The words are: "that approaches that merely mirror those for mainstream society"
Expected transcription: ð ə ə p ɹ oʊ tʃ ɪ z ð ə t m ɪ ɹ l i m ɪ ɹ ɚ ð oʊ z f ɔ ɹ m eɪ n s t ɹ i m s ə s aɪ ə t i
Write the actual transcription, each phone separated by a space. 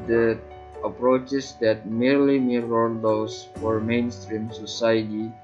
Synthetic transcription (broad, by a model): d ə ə p ɹ oʊ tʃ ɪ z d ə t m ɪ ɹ l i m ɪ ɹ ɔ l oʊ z f ɔ ɹ m eɪ n s t ɹ i m s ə s aɪ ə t i